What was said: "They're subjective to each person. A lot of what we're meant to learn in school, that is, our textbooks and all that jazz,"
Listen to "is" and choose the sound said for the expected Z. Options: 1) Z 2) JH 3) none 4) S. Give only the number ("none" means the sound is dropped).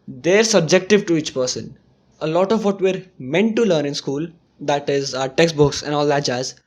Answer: 1